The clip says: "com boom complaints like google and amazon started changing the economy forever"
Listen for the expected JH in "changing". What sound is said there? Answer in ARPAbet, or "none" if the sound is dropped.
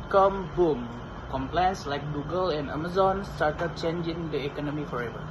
JH